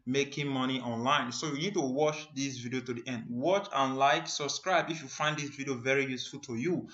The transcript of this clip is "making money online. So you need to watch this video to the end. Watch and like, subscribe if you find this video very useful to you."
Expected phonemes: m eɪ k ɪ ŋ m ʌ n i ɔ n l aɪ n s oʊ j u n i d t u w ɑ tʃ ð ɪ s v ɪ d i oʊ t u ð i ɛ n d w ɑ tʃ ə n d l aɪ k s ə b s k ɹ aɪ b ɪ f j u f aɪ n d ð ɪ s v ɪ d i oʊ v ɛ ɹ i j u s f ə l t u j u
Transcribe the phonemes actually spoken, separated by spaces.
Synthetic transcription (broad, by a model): m eɪ k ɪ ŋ m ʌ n i ɔ n l aɪ n s oʊ j u n i d t u w ɑ tʃ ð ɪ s v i d i oʊ t u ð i ɛ n d w ɑ tʃ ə n l aɪ k s ə b s k ɹ aɪ b ɪ f j u f aɪ n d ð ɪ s v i d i oʊ v ɛ ɹ i j u s f ə l t u j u